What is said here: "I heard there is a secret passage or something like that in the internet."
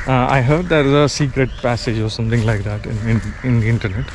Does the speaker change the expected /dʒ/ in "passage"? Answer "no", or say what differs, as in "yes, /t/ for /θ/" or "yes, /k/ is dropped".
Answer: no